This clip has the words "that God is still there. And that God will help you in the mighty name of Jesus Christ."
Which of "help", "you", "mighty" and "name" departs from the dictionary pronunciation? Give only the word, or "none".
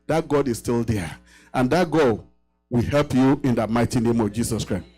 none